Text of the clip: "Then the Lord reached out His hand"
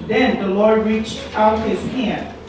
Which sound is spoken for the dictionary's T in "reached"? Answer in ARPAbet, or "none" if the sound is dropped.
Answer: T